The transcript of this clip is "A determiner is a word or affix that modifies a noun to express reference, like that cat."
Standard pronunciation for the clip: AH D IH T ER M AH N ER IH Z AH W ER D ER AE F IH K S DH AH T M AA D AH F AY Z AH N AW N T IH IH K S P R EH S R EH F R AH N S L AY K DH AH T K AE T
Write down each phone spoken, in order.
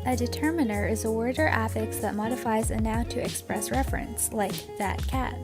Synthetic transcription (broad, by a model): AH D IH T ER M AH N ER IH Z AH W ER D ER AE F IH K S DH AH T M AA D AH F AY Z AH N AW T IH IH K S P R EH S R EH F R AH N S L AY K DH AH T K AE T